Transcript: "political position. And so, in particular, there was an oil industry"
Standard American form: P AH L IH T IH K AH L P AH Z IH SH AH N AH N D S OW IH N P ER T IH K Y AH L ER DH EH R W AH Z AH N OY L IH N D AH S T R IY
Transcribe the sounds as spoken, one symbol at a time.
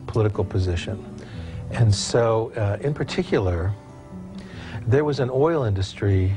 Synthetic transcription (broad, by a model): P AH L IH T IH K L P AH Z IH SH AH N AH N S OW IH N P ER T IH K Y L ER DH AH R W AH Z AH N OY L IH N D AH S T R IY